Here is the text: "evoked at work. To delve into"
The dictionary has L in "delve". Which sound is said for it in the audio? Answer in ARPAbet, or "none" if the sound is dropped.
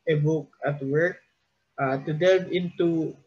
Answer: none